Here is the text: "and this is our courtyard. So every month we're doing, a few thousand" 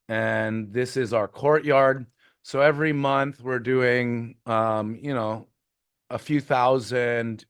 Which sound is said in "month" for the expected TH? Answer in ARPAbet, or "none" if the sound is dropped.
TH